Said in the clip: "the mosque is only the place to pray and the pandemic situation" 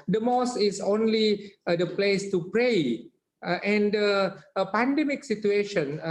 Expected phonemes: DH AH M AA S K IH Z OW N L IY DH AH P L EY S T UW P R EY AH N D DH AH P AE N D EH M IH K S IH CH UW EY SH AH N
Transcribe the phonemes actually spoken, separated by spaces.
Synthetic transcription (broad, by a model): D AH M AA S IH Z OW N L IY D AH P L EY S T UW P R EY AH N D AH P AE N D EH M IH K S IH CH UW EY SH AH N